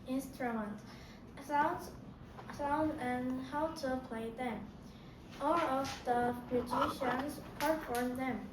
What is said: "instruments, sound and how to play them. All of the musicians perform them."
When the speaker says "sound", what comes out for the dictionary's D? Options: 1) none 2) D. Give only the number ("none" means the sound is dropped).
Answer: 1